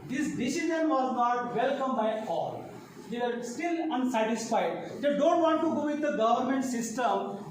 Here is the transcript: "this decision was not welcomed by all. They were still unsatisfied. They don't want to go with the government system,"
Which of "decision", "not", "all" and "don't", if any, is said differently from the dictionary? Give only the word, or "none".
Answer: decision